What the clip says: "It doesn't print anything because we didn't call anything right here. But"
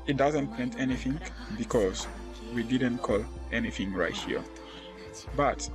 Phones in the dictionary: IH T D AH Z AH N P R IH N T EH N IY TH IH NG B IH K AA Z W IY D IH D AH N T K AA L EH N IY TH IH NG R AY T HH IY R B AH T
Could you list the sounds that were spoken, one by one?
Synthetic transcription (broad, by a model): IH T D AH Z AH N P EH N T EH N IY TH IH NG B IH K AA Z W IY D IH D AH N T K AA L EH N IY TH IH NG R AY T HH IY R B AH T